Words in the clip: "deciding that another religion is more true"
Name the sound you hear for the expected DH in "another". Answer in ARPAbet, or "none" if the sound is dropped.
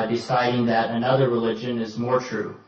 DH